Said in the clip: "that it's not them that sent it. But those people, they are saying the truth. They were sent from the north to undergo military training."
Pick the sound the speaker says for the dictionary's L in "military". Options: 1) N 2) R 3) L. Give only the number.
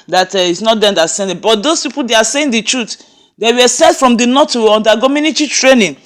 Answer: 1